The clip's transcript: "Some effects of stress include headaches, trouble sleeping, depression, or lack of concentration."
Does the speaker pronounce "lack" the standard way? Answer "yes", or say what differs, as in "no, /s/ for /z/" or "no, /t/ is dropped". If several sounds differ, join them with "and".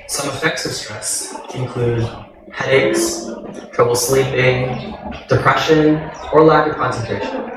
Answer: no, /k/ is dropped